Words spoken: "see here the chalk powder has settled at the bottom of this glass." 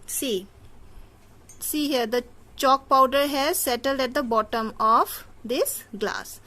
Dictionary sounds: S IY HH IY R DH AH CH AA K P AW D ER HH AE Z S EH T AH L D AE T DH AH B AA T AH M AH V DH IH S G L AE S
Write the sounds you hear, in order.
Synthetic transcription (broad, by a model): S IY HH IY R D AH CH AA K P AW D ER HH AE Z S EH T AH L D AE T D AH B AA T AH M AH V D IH S G L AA S